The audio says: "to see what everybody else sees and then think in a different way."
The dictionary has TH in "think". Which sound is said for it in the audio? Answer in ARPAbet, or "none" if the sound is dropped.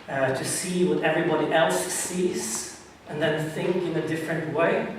TH